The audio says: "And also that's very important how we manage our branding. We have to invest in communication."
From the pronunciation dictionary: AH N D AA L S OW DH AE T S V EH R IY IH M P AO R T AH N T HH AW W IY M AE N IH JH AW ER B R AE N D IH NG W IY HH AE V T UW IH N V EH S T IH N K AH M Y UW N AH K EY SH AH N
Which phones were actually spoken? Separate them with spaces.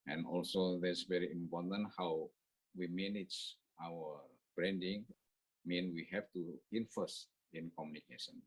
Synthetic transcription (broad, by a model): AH N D AA L S OW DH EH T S V EH R IY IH M P AO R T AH N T HH AW W IY M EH N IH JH AW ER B R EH N D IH NG W IY HH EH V T UW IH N F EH S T IH N K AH M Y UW N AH K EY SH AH N